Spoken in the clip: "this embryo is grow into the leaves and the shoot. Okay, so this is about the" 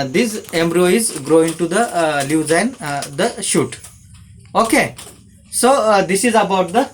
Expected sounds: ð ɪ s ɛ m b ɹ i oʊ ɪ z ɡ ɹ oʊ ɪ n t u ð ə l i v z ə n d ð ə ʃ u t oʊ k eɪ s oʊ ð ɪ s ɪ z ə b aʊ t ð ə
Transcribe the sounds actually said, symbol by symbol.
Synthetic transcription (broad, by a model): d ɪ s ɛ m b ɹ i oʊ ɪ z ɡ ɹ oʊ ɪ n t u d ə l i z ə n d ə ʃ u t oʊ k eɪ s oʊ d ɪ s ɪ z ə b aʊ t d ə